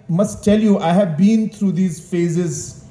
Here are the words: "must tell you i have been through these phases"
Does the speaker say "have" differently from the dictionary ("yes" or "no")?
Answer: no